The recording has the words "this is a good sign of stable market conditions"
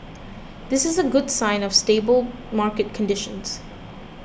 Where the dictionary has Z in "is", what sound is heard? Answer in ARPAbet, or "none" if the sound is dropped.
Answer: Z